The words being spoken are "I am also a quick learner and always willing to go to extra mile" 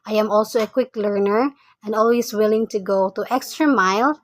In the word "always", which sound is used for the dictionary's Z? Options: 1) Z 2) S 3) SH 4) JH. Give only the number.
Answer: 2